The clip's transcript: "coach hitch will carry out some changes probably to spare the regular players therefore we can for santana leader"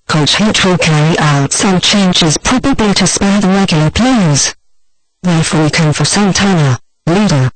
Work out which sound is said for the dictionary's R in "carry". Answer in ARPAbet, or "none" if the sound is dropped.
none